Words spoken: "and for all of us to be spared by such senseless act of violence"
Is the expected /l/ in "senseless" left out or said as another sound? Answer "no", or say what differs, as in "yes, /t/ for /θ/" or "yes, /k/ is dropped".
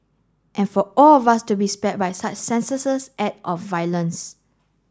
yes, /l/ is dropped